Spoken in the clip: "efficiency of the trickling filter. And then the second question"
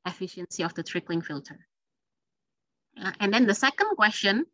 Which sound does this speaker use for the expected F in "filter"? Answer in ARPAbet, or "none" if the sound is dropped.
F